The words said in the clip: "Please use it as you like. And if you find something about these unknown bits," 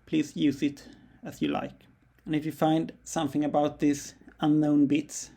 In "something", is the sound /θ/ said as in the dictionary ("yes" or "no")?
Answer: yes